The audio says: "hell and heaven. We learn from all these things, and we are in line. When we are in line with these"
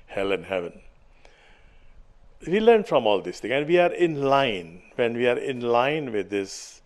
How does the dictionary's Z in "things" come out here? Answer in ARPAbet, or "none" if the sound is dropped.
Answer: none